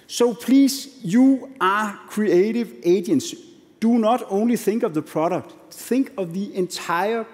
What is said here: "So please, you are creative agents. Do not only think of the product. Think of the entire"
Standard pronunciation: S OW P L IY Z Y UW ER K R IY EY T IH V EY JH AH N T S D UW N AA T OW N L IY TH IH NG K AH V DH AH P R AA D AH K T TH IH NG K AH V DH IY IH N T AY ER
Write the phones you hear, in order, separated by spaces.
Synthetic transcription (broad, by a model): S OW P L IY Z Y UW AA K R IY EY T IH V EY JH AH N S D UW N AA T OW N L IY TH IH NG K AH V DH AH P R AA D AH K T TH IH NG K AH V DH IY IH N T AY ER